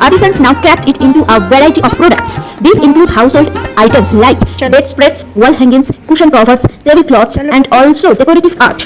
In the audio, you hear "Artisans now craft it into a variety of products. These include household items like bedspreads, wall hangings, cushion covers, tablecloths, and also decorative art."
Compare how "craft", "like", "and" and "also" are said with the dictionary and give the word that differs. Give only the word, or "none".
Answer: craft